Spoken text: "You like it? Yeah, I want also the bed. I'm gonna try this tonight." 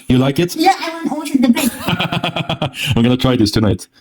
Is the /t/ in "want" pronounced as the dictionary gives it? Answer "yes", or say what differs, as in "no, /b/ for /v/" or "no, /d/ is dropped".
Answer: no, /t/ is dropped